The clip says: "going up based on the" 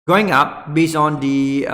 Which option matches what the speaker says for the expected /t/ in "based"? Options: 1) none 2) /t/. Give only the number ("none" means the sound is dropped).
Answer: 1